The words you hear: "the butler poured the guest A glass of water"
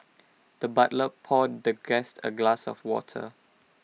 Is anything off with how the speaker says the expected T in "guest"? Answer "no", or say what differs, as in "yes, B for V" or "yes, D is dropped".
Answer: no